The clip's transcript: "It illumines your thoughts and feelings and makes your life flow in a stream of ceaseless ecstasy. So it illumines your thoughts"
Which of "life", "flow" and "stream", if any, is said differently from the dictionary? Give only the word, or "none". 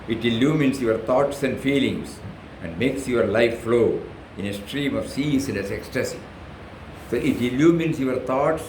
none